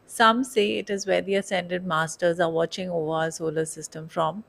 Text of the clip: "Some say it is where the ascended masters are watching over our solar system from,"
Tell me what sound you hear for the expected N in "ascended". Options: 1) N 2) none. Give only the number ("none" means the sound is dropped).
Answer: 1